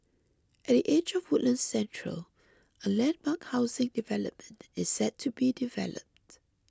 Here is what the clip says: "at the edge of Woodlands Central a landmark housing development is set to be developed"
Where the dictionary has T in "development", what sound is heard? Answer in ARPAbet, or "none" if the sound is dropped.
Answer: T